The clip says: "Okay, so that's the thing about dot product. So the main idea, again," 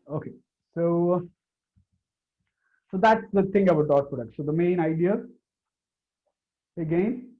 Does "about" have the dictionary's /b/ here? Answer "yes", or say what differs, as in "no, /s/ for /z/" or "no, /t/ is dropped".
no, /b/ is dropped